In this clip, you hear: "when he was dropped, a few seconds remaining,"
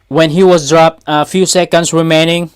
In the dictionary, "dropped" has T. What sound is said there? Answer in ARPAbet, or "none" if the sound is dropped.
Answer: T